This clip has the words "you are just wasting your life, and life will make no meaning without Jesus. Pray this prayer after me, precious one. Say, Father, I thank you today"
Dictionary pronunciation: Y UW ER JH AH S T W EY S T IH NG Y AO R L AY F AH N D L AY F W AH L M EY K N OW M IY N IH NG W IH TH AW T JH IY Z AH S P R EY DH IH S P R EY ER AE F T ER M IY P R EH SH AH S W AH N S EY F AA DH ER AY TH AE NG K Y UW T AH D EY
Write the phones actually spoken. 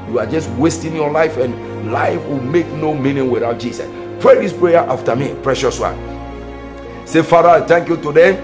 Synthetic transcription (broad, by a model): Y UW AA JH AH S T W EY S T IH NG Y AO L AY F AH N L AY F W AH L M EY K N OW M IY N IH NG W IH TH AW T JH IY S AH S P R EY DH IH S P R EY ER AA F T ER M IY P R EH SH AH S W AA N S EY F AA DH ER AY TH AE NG K Y UW T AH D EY